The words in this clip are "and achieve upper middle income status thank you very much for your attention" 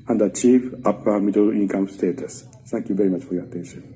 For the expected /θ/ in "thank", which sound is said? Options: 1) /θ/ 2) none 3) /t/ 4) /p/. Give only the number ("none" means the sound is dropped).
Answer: 3